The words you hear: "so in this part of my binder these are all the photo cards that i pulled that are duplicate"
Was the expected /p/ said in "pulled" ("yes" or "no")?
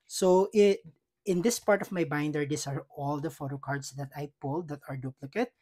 yes